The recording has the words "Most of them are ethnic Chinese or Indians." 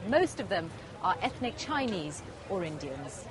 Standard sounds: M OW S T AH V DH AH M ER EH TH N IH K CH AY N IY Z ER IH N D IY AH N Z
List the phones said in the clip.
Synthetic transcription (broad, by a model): M OW S T AH V DH AH M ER EH TH N IH K CH AY N IY Z ER IH N D IY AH N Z